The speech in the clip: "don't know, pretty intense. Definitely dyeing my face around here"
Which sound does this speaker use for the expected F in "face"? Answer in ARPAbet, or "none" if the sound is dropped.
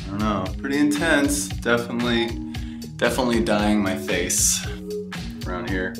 F